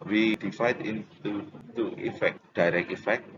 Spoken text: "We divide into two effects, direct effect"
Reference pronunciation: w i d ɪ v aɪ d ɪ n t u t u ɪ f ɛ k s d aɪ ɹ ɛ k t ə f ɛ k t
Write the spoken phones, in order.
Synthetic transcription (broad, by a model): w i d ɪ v aɪ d ɪ n t u t u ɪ f ɛ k d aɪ ɹ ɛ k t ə f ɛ k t